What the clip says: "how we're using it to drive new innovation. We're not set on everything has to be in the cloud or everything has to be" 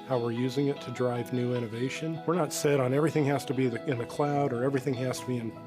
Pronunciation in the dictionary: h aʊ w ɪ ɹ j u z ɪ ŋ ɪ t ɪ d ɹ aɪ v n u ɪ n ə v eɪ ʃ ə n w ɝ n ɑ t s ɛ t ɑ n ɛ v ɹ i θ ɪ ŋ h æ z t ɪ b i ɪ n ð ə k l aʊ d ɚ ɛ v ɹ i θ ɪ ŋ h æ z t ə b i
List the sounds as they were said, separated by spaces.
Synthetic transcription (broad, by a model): h aʊ w ɪ ɹ j u z ɪ ŋ ɪ t ɪ d ɹ aɪ v n u ɪ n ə v eɪ ʃ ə n w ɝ n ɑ t s ɛ t n ɛ v ɹ i θ ɪ ŋ h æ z t ɪ b i ɪ n ð ə k l aʊ d ɚ ɛ v ɹ i θ ɪ ŋ h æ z t ə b i